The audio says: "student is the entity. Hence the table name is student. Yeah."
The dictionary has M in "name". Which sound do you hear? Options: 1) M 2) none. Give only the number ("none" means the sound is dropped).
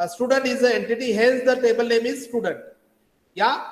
1